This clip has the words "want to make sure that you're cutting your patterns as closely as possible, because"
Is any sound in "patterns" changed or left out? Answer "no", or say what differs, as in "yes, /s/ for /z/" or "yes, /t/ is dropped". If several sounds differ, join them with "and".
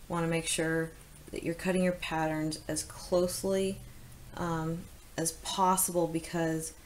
no